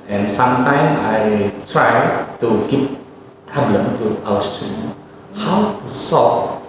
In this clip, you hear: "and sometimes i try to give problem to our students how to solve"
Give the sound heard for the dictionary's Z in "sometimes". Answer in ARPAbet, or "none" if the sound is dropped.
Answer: none